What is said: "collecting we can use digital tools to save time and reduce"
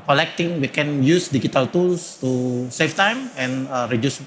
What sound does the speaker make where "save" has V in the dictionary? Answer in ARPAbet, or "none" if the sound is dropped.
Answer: F